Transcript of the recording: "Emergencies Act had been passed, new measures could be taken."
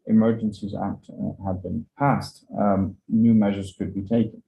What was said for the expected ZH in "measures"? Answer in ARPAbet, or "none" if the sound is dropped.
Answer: ZH